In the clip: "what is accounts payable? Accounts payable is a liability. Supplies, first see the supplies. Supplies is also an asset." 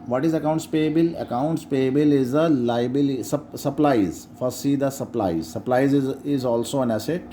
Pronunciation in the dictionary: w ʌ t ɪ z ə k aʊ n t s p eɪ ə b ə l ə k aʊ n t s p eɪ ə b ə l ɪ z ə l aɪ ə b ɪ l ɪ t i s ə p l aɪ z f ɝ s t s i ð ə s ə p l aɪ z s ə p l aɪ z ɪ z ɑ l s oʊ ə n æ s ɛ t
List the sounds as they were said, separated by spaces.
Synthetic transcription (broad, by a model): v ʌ t ɪ z ə k aʊ n t s p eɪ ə b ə l ə k aʊ n t s p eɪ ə b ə l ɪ z ə l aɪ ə b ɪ l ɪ s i s ə p l aɪ z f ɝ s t s i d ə s ə p l aɪ z s ə p l aɪ z ɪ z ɑ l s oʊ ə n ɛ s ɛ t